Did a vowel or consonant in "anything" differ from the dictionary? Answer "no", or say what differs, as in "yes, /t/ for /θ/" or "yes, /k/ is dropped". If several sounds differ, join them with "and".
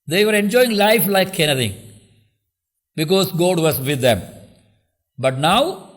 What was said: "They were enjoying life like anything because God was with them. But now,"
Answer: yes, /t/ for /θ/